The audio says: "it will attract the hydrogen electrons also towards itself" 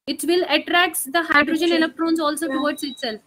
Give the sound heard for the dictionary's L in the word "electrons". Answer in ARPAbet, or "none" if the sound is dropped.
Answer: N